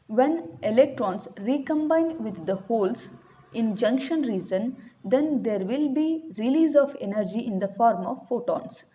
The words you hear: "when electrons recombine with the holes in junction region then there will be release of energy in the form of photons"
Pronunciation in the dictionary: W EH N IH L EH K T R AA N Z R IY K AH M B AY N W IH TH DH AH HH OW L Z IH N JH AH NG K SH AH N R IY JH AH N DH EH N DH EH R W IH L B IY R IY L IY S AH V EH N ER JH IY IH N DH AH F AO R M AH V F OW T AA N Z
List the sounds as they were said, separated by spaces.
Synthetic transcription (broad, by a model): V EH N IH L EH K T R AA N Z R IY K AH M B AY N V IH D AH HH OW L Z IH N JH AH NG K SH AH N R IY Z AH N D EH N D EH R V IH L B IY R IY L IY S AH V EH N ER JH IY IH N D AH F AO R M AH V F OW T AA N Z